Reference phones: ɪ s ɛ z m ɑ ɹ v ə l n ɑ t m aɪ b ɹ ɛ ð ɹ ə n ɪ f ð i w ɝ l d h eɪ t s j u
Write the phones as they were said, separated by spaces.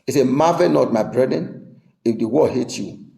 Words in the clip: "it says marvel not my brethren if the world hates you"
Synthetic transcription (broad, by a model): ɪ s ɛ m ɑ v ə n ɑ t m aɪ b ɹ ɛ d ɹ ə n ɪ f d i w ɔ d h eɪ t j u